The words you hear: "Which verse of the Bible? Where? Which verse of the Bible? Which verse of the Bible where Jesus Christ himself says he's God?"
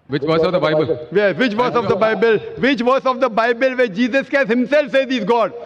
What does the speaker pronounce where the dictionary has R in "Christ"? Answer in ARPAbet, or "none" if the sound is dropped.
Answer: none